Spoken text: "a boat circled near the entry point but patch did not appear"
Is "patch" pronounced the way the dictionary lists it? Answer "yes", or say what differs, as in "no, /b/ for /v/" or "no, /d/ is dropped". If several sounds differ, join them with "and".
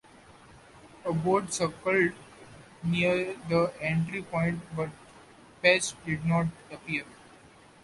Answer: no, /s/ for /tʃ/